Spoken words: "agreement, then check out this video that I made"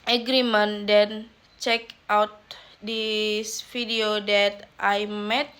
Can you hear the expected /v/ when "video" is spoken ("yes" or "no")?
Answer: no